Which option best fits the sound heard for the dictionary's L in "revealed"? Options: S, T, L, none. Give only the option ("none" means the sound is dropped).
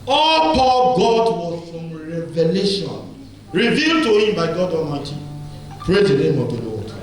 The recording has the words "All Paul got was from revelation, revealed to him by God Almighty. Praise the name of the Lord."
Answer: L